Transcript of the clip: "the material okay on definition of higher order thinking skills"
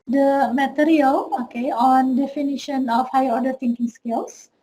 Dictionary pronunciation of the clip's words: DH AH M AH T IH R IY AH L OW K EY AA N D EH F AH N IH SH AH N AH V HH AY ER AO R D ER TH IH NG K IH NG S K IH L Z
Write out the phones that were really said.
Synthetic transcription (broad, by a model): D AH M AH T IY R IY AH L OW K EY AA N D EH F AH N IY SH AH N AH F HH AY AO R D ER T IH NG K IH NG S K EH L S